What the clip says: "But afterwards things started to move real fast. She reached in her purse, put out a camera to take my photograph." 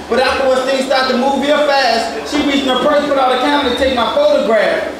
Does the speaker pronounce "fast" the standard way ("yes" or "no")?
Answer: yes